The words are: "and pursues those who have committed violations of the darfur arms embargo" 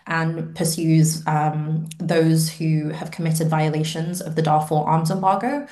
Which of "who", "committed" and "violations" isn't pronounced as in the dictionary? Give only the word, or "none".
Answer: none